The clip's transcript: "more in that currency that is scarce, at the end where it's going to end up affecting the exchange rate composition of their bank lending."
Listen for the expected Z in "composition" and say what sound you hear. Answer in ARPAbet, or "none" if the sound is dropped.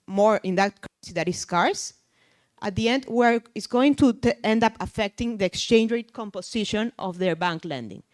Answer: S